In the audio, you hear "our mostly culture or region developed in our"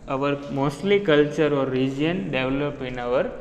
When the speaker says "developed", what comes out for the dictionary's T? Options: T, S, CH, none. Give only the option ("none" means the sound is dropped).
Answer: none